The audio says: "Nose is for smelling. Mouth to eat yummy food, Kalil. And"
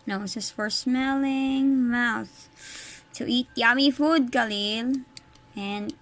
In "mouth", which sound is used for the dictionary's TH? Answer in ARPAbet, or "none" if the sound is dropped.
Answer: TH